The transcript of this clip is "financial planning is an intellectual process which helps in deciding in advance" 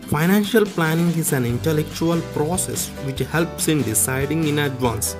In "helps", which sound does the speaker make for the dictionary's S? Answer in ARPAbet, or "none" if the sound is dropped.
S